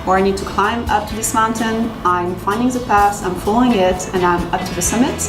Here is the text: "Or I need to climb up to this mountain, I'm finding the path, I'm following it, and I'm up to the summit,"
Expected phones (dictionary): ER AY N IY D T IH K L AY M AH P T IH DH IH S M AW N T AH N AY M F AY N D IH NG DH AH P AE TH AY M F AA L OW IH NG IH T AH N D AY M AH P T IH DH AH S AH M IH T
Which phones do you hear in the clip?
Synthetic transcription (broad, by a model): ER AY N IY D T IH K L AY M AH P T IH DH IH S M AW N T AH N AY M F AY N D IH NG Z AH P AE S AY M F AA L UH IH NG IH T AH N AY M AH P T IH DH AH S AH M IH T